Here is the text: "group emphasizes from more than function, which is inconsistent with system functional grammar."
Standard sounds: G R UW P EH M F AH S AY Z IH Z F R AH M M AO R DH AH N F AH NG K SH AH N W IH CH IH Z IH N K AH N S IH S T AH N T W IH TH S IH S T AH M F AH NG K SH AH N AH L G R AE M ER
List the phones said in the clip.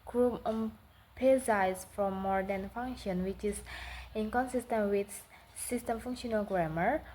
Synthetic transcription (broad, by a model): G R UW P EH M P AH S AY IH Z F R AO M M AO R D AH N F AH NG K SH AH N W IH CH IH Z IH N K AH N S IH S T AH N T W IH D S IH S T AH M F AH NG K SH AH N AH L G R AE M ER